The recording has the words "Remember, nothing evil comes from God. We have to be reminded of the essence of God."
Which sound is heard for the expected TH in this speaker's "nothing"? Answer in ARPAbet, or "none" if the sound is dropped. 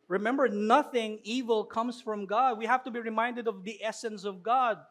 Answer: TH